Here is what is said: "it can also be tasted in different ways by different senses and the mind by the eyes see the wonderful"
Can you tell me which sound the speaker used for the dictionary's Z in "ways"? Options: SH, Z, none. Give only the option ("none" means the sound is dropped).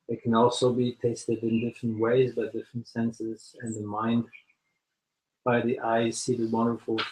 Z